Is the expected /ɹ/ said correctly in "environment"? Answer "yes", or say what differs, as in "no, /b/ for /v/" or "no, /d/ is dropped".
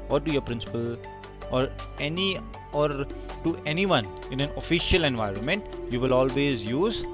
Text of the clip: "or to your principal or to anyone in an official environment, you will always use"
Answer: yes